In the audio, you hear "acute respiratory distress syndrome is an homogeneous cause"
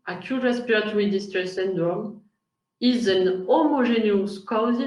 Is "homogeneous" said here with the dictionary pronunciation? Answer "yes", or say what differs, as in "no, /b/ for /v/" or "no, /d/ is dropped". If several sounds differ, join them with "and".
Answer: no, /ʒ/ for /dʒ/